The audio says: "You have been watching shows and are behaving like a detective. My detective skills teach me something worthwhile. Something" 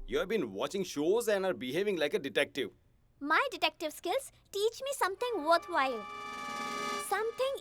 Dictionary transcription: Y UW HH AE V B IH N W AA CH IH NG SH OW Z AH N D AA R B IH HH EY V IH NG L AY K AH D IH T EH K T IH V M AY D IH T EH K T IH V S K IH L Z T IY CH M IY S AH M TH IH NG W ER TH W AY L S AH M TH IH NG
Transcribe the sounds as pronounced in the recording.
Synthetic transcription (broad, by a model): Y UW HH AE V B IH N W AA CH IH NG SH OW Z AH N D AA R B IH HH EY V IH NG L AY K AH D IH T EH K T IH V M AY D IH T EH K T IH V S K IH L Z T IY CH M IY S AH M T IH NG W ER T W AY L S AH M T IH NG